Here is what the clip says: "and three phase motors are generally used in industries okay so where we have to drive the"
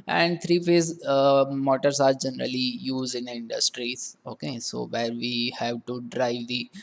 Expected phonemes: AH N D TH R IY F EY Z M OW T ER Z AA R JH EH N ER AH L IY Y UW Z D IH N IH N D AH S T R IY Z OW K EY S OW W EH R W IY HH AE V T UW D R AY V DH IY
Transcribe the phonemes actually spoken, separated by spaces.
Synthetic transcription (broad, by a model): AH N D T R IY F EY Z M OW T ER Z AA R JH EH N ER AH L IY Y UW Z D IH N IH N D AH S T R IY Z OW K EY S OW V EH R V IY HH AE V T UW D R AY V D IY